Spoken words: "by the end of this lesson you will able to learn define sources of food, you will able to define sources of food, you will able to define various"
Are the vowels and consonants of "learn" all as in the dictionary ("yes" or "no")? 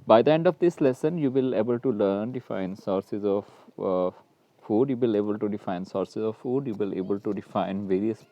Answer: yes